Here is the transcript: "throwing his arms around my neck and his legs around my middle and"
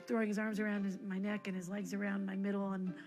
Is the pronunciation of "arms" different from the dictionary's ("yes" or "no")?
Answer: no